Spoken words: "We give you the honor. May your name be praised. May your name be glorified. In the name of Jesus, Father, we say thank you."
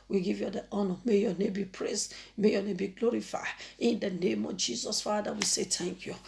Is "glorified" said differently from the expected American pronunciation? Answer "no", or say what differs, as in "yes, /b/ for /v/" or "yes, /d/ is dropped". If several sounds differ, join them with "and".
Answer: yes, /d/ is dropped